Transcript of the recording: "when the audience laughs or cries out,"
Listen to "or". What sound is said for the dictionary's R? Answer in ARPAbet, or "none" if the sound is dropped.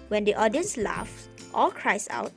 L